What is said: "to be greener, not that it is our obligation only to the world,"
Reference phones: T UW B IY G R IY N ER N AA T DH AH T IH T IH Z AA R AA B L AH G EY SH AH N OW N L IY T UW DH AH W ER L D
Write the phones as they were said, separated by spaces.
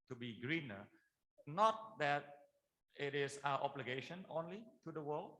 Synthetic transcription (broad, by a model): T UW B IY G R IY N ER N AA T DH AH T IH T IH S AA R AA B L AH G EY SH AH N OW N L IY T UW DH AH W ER L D